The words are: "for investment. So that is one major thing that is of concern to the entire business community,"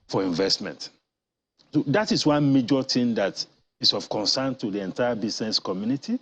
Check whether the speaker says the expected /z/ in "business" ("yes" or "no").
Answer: no